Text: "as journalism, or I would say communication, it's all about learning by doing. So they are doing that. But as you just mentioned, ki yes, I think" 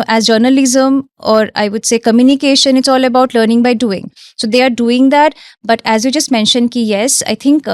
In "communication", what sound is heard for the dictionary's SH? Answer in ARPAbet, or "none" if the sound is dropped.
SH